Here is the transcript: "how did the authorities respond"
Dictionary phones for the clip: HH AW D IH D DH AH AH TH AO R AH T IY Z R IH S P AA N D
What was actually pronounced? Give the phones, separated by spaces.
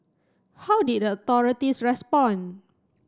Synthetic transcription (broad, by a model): HH AW D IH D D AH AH T AO R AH T IY S R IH S P AA N